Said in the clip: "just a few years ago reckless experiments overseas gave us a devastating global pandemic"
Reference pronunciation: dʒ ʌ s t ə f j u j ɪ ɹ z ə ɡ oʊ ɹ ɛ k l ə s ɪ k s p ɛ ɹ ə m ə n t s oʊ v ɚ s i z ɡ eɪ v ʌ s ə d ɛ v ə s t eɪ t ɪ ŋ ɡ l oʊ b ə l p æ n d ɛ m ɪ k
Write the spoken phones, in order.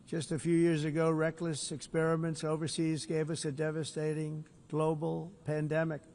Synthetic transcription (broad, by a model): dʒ ʌ s t ə f j u j ɪ ɹ z ə ɡ oʊ ɹ ɛ k l ə s ɪ k s p ɛ ɹ ə m ə n t s oʊ v ɚ s i z ɡ eɪ v ʌ s ə d ɛ v ə s t eɪ t ɪ ŋ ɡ l oʊ b l p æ n d ɛ m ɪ k